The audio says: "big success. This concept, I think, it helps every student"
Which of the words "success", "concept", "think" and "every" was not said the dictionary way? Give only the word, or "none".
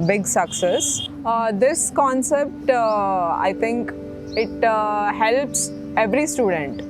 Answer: think